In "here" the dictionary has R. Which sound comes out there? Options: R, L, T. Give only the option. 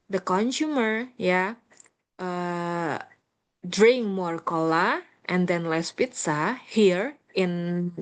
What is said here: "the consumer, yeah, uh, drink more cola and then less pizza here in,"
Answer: R